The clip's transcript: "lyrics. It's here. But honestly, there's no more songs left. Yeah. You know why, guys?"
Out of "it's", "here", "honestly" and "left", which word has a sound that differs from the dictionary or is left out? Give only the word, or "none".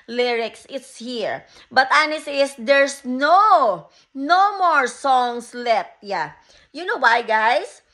honestly